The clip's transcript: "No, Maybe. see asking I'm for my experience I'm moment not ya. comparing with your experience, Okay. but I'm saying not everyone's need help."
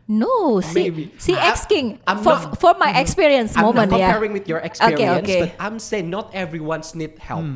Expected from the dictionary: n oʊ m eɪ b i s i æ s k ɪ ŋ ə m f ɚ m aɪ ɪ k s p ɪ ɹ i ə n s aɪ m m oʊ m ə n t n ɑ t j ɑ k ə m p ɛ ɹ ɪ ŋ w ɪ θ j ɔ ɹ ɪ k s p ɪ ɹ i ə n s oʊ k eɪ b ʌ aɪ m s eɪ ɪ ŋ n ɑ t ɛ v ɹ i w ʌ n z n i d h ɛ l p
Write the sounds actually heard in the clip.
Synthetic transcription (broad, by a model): n oʊ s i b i s i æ s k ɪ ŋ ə f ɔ m aɪ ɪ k s p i ɹ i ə n s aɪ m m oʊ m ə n n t j ɑ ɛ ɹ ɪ ŋ w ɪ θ j ɔ ɹ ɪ k s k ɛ i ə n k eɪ b ʌ aɪ m s eɪ ɪ ŋ n ɑ t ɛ v ɹ i w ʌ n s n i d h ɛ l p